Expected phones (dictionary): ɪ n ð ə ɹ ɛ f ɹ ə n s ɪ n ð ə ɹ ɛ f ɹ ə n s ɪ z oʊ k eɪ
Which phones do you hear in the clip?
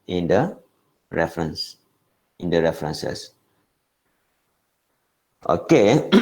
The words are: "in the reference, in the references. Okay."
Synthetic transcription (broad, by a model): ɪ n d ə ɹ ɛ f ɹ ə n s ɪ n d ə ɹ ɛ f ɹ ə n s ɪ s oʊ k eɪ